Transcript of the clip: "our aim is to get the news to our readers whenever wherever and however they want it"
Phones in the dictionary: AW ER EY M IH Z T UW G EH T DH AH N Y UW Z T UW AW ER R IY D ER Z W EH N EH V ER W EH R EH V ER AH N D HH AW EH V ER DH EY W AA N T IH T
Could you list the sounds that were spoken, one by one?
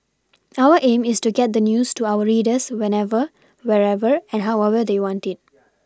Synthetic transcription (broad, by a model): AW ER EY M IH S T UW G EH T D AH N Y UW S T UW AW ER R IY D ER S W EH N EH V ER W EH R EH V ER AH N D HH AW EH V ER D EY W AA N T IH T